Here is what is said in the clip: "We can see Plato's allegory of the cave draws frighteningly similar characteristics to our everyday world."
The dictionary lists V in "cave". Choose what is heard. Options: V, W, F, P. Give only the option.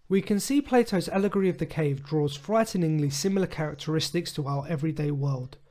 V